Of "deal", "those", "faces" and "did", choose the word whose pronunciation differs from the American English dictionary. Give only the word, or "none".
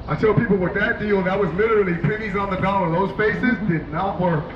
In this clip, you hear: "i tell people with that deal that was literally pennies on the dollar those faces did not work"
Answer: none